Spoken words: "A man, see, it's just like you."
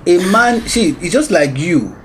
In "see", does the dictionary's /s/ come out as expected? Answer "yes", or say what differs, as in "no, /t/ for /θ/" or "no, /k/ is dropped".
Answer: no, /ʃ/ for /s/